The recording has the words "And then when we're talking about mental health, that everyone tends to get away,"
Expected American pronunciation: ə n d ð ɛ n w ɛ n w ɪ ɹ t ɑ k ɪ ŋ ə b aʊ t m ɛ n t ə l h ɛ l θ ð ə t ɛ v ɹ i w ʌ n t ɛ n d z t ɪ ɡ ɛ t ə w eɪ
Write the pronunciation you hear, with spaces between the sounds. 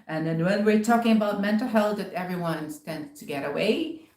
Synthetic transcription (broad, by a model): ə n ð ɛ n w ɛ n w ɪ ɹ t ɑ k ɪ ŋ ə b aʊ t m ɛ n t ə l h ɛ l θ ð ə t ɛ v ɹ i w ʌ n t ɛ n d z t ɪ ɡ ɛ t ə w eɪ